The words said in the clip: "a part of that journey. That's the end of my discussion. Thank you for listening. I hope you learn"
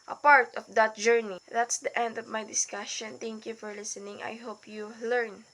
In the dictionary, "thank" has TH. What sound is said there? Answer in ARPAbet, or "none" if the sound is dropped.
T